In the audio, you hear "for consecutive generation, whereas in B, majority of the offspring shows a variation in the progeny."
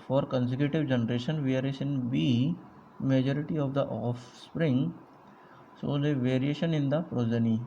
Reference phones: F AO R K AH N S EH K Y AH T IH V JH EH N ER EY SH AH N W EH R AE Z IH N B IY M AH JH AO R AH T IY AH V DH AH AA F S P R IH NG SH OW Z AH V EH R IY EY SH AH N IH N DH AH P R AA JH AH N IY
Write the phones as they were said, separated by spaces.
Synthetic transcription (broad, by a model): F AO R K AH N S EH K Y AH T IH V JH EH N ER EY SH AH N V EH R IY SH IH N B IY M AH JH AO R AH T IY AH V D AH AA F S P R IH NG S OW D AH V EH R IY EY SH AH N IH N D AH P R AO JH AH N IY